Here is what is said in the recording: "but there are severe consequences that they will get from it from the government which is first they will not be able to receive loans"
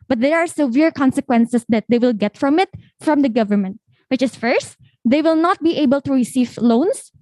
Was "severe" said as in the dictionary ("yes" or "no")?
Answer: yes